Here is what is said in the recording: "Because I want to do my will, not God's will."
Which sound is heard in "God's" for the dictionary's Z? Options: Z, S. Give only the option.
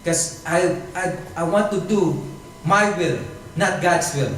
S